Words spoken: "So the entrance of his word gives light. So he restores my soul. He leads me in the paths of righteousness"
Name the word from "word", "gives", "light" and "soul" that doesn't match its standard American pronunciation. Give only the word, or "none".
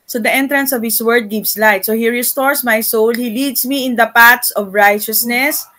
gives